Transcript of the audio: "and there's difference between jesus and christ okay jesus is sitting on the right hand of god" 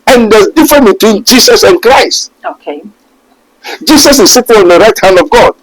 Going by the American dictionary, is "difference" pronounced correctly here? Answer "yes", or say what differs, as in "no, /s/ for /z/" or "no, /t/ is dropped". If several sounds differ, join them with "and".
no, /s/ is dropped